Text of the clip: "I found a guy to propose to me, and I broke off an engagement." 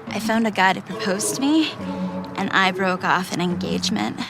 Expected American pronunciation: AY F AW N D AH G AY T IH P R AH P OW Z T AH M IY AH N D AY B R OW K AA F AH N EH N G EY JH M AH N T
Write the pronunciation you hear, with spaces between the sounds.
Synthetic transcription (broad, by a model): AY F AW N D AH G AY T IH P R AH P OW Z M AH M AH N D AY B R OW K AA F AH N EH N G EY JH M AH N T